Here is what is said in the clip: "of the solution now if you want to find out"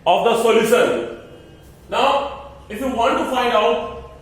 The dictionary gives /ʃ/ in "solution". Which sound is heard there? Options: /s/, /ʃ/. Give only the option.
/s/